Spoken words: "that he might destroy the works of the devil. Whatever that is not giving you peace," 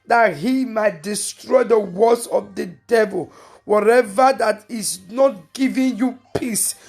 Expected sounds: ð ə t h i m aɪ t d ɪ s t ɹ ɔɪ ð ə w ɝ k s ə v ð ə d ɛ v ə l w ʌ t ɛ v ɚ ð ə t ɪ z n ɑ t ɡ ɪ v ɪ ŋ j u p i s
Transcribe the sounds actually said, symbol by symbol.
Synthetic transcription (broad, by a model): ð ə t h i m aɪ t d ɪ s t ɹ ɔɪ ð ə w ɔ s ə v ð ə d ɛ v ə l w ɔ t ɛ v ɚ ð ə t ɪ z n ɑ t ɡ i v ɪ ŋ j u p i s